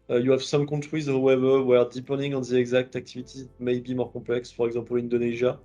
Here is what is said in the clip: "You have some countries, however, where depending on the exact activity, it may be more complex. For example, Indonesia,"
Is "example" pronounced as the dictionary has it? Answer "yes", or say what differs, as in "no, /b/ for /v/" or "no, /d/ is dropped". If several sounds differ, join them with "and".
no, /m/ is dropped